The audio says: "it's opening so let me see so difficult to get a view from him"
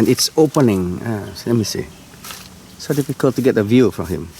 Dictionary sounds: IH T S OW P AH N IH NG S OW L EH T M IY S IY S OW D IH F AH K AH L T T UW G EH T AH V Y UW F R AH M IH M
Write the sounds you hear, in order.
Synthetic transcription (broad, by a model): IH T S OW P AH N IH NG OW L EH T M IY S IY S OW D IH F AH K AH L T T UW G EH T AH V Y UW F R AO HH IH M